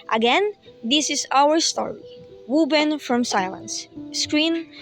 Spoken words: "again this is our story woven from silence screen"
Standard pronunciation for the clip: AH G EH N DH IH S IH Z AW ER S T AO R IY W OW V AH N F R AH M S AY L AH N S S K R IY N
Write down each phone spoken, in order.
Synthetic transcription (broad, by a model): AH G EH N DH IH S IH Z AW ER S T AO R IY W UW B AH N F R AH M S AY L AH N S S K R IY N